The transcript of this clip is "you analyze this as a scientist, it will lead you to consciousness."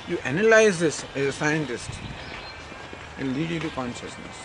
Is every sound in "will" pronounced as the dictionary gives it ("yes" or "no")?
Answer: no